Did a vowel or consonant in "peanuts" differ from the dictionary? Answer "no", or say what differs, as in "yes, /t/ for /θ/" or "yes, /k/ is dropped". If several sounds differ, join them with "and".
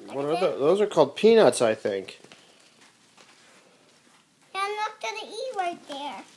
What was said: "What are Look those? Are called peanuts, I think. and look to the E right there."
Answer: no